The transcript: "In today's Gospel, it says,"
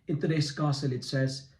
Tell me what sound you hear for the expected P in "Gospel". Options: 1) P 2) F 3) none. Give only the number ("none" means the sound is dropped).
3